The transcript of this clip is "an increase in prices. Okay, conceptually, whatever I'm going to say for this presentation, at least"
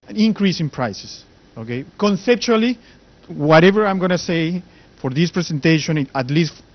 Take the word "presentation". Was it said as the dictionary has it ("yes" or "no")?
no